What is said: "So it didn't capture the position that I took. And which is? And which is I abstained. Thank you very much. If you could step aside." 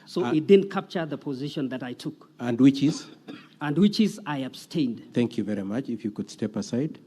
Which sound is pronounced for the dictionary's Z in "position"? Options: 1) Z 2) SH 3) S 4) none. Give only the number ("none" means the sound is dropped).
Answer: 1